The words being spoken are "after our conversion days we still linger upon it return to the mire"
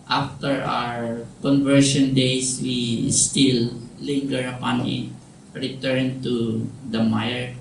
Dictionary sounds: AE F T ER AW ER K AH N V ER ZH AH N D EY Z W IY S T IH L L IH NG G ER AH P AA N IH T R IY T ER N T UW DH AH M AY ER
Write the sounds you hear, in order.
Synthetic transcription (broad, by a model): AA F T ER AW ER K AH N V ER SH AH N D EY S W IY S T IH L L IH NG G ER AH P AA N IH T R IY T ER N T UW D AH M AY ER